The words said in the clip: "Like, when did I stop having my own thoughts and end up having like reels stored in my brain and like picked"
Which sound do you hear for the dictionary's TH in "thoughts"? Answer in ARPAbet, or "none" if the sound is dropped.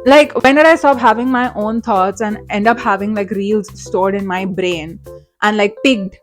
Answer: T